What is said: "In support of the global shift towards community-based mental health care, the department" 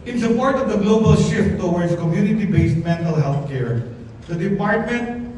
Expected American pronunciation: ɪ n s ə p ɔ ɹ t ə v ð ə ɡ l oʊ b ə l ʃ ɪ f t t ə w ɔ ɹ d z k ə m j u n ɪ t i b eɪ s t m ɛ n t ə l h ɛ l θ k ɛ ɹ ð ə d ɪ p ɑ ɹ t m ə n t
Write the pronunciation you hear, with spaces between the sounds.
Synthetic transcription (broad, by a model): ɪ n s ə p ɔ ɹ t ə v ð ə ɡ l oʊ b ə l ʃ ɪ f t t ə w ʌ ɹ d s k ə m j u n ɪ t i b eɪ s t m ɛ n t ə l h ɛ l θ k ɛ ɹ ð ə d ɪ p ɑ ɹ t m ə n t